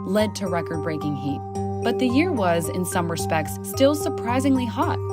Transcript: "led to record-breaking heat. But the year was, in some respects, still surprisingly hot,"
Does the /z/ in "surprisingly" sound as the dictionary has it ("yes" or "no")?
yes